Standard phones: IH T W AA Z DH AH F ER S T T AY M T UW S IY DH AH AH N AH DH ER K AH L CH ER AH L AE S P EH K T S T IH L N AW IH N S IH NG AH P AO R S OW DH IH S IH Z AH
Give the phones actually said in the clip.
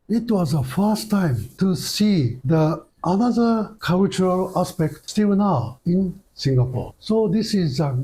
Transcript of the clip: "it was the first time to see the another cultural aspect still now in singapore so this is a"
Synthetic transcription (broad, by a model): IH T W AA Z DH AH F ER S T T AY M T UW S IY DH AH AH N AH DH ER K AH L CH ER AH L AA S P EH K T S T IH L N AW IH N S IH NG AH P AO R S OW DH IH S IH Z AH